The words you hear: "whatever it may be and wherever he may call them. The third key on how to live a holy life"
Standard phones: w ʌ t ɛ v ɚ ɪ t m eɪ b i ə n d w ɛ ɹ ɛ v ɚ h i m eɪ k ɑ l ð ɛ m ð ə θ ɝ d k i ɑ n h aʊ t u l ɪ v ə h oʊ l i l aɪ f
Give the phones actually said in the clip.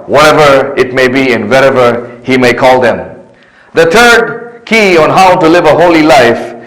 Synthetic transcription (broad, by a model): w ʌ t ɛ v ɚ ɪ t m eɪ b i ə n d w ɛ ɹ ɛ v ɚ h i m eɪ k ɑ l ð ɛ m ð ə t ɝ d k i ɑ n h aʊ t u l ɪ v ə h oʊ l i l aɪ f